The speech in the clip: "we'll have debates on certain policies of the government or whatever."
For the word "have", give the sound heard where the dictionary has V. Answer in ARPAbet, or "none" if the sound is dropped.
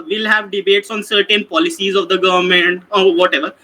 V